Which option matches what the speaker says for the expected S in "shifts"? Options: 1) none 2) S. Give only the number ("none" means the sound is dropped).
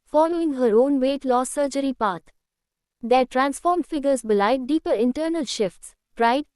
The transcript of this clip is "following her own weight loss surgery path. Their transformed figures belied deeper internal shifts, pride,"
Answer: 2